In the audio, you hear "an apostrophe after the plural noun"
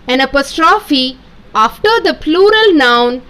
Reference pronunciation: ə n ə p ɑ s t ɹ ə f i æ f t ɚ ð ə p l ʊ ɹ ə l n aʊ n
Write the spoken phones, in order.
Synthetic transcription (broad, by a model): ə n ə p ɑ s t ɹ ə f i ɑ f t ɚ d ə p l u ɹ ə l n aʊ n